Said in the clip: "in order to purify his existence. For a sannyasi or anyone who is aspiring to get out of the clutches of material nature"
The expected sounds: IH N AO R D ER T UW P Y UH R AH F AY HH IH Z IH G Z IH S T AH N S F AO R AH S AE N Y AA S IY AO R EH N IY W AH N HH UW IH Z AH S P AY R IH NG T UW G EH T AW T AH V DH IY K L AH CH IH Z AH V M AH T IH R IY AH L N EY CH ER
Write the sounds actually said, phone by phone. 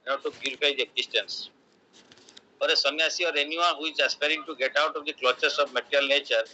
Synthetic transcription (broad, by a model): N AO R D T UW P Y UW R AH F AY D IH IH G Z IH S T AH N S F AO R AH S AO N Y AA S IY AO R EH N IY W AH N HH UW IH Z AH S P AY R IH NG T UW G EH T AW T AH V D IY K L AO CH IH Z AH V M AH T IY R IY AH L N EY CH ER